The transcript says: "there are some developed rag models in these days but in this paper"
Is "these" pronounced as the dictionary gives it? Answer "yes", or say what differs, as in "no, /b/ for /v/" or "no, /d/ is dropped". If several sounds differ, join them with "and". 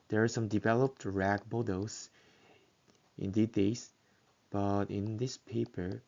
no, /z/ is dropped